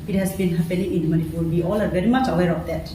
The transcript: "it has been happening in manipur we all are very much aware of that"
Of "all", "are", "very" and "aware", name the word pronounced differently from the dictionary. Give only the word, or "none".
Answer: none